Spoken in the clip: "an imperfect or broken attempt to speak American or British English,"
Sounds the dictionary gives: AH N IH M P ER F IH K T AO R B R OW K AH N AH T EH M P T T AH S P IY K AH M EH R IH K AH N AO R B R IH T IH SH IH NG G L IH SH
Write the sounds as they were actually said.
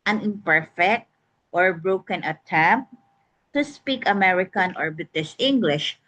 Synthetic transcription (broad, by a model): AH N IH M P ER F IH K T AO R B R OW K AH N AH T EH M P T T AH S P IY K AH M EH R IH K AH N AO R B IH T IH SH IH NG G L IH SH